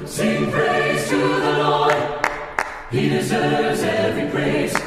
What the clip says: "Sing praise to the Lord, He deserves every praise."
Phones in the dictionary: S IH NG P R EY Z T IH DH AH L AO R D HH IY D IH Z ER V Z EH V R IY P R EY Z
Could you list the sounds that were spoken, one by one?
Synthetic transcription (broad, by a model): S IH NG P R EY Z T IH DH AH N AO HH IY D IH Z ER V Z EH V R IY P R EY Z